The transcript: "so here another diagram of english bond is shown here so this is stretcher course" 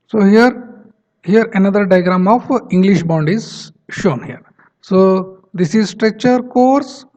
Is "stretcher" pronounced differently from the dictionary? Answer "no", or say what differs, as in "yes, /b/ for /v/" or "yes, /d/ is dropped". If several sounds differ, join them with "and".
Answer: no